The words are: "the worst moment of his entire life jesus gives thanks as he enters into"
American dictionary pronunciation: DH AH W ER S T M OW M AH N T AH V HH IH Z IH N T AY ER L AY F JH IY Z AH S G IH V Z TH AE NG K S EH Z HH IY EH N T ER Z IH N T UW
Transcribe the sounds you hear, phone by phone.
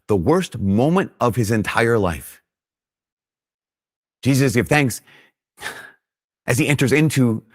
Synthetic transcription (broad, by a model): DH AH W ER S T M OW M AH N T AH V IH Z IH N T AY ER L AY F JH IY Z AH S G IH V TH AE NG K S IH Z IY EH N T ER Z IH N T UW